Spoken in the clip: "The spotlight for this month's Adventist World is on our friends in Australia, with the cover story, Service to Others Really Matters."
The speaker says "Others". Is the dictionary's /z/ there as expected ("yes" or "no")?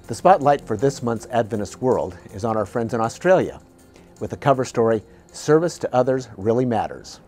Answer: yes